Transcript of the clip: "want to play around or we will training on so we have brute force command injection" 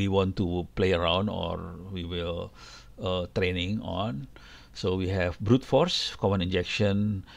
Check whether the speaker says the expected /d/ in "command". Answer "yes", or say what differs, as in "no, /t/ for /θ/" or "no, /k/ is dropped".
no, /d/ is dropped